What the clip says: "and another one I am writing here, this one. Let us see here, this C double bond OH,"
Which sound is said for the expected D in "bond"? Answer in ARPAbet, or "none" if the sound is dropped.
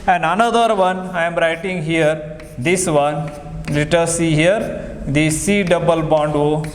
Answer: D